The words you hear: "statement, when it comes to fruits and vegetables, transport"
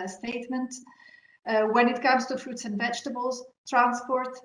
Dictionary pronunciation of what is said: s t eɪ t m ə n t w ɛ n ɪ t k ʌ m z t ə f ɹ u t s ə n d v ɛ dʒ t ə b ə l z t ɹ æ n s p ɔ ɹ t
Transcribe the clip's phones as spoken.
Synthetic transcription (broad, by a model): s t eɪ t m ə n t w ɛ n ɪ t k ʌ m z t ə f ɹ u t s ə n v ɛ dʒ t ə b ə l z t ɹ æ n s p ɔ ɹ t